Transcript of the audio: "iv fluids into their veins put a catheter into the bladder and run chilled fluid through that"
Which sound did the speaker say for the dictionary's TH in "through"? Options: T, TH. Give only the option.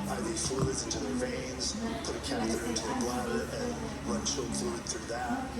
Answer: TH